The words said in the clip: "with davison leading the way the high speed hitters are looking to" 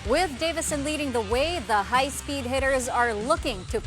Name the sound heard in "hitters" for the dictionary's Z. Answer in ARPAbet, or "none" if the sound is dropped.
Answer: Z